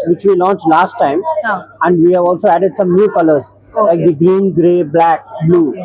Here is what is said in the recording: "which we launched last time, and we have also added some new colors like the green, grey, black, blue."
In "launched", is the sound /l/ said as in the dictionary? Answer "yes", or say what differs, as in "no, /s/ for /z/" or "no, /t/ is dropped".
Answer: yes